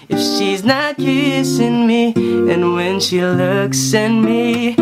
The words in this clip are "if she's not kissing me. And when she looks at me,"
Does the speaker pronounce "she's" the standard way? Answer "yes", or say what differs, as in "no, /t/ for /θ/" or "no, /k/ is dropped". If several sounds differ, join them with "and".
yes